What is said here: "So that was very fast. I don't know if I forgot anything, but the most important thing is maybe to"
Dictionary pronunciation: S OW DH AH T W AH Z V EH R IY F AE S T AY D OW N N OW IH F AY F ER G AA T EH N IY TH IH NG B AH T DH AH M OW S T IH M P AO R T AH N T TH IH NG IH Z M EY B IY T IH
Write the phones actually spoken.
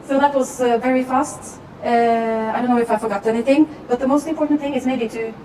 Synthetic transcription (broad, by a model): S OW DH AH T W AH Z V EH R IY F AE S T AY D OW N N OW IH F AY F ER G AA T EH N IY TH IH NG B AH T DH AH M OW S T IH M P AO R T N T TH IH NG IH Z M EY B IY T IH